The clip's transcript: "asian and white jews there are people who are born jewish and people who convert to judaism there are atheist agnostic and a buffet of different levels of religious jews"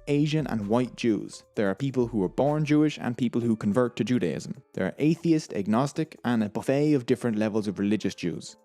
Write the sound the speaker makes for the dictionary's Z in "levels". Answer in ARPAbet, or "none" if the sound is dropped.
Z